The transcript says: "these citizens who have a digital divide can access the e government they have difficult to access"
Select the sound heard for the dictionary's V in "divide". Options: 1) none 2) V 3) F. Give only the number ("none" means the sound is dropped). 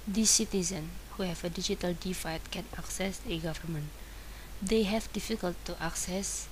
3